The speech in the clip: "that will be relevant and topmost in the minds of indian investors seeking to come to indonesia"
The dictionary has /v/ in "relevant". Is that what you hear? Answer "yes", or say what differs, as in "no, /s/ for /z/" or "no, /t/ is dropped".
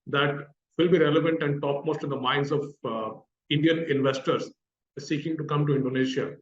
yes